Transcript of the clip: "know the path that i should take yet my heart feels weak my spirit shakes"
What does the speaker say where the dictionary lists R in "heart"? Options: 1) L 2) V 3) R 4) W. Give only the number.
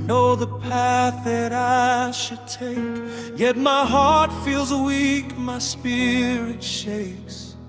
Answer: 3